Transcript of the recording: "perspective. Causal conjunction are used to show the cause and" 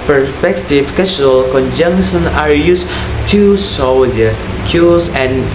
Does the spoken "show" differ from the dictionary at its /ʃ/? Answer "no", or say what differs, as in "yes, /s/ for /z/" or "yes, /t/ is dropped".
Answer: yes, /s/ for /ʃ/